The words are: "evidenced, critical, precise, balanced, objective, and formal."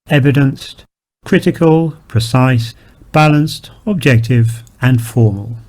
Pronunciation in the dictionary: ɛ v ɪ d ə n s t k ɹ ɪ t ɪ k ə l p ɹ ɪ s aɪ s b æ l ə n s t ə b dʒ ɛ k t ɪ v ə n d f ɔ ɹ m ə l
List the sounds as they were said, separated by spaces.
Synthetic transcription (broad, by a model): ɛ v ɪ d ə n s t k ɹ ɪ t ɪ k ə l p ɹ ɪ s aɪ s b æ l ə n s t ə b dʒ ɛ k t ɪ v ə n f ɔ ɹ m ə l